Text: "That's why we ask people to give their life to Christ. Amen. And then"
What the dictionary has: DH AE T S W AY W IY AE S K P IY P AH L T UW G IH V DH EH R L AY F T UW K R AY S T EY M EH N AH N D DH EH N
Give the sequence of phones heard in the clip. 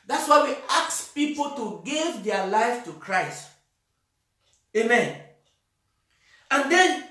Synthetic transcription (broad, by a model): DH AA T S W AY W IY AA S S P IY P AH L T UW G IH V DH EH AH L AY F T UW K R AY S T EY M EH N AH N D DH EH N